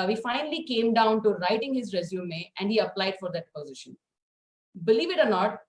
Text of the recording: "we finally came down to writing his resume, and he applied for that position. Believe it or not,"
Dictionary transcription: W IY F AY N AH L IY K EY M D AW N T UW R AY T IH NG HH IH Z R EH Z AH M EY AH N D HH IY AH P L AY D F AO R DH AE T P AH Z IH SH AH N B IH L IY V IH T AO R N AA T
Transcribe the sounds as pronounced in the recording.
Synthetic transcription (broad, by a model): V IY F AY N AH L IY K EY M D AW N T UW R AY T IH NG HH IH Z R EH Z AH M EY AH N D HH IY AH P L AY D F AO R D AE T P AH Z IH SH AH N B IH L IY V IH T AO R N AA T